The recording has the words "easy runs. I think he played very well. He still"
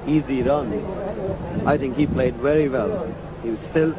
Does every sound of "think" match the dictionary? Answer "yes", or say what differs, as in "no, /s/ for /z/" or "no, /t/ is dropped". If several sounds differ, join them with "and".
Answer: yes